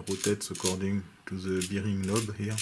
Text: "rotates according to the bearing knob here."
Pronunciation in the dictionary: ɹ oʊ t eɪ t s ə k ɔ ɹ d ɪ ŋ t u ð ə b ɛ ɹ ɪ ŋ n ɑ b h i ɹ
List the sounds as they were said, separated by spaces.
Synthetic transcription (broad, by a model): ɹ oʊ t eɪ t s ə k ɔ ɹ d ɪ ŋ t u ð ə b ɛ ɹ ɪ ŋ l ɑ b h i